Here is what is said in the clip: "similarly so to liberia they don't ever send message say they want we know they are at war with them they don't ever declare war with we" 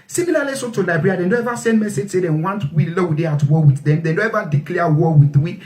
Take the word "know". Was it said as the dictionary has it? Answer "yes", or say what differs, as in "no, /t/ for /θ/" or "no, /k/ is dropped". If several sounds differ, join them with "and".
no, /l/ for /n/